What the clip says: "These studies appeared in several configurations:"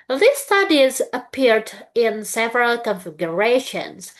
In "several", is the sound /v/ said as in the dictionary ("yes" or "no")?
yes